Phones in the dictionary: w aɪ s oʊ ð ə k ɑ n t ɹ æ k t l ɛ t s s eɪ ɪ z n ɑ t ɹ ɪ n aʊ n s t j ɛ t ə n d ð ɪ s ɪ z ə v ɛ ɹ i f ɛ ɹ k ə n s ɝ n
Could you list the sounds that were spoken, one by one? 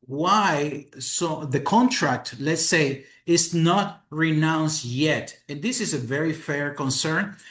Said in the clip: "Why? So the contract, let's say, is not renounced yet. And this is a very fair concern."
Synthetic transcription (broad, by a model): w aɪ s oʊ ð ə k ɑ n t ɹ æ k t l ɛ t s s eɪ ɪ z n ɑ t ɹ ɪ n aʊ n s t j ɛ t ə n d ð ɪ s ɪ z ə v ɛ ɹ i f ɛ ɹ k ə n s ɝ n